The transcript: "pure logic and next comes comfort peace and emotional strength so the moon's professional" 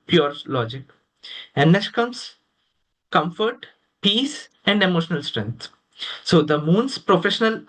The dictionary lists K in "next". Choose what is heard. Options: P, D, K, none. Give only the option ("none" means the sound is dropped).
none